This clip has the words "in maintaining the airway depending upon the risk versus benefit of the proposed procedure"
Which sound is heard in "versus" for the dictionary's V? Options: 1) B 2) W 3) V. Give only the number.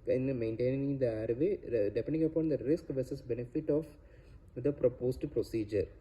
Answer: 3